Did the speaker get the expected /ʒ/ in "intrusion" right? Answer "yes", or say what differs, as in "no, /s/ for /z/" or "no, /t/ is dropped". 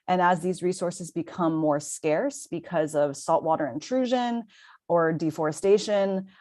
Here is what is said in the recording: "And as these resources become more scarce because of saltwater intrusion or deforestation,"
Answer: yes